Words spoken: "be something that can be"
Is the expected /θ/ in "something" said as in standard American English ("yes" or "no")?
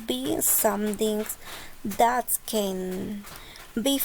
no